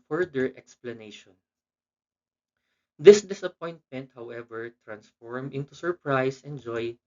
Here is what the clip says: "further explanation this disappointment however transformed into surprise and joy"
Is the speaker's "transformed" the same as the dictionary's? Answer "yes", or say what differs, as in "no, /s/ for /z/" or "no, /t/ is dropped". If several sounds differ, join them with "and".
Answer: no, /d/ is dropped